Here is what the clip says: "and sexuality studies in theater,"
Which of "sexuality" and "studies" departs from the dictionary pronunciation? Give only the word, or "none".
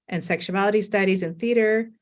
none